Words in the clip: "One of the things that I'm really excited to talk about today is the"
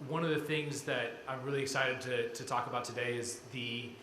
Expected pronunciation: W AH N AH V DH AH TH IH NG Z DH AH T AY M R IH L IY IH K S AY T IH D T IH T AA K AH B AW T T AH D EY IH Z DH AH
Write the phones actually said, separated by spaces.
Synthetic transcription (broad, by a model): W AH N AH V DH AH TH IH NG Z DH AH T AY M R IH L IY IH K S AY T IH D T IH T AA K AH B AW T T AH D EY IH Z DH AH